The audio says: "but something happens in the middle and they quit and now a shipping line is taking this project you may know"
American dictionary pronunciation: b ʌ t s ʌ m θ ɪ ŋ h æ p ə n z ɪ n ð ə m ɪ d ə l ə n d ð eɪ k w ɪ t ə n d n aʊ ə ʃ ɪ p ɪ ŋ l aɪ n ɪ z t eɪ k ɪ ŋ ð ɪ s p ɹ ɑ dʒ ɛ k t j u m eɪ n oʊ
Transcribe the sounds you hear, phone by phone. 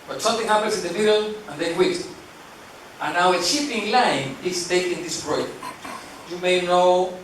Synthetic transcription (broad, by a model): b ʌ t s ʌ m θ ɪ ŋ h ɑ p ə n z ɪ n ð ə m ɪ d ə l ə n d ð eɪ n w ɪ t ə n n aʊ ə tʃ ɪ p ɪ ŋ l aɪ n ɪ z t eɪ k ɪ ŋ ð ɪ s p ɹ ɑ ɛ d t j u m eɪ n oʊ